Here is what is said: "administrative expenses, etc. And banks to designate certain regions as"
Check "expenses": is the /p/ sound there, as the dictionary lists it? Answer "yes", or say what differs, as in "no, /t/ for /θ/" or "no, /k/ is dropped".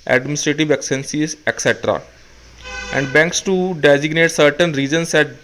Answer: no, /p/ is dropped